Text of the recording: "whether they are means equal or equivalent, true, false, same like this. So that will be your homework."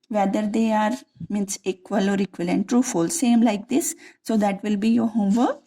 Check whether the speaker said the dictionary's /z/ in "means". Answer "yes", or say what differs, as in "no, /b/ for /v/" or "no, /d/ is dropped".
no, /s/ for /z/